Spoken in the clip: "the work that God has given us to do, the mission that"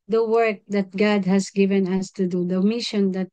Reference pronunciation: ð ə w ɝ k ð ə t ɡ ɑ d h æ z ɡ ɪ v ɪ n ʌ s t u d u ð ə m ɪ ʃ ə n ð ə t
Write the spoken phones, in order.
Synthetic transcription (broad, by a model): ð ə w ɝ k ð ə t ɡ ɑ d h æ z ɡ ɪ v ɪ n ʌ s t u d u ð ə m ɪ ʃ ə n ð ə t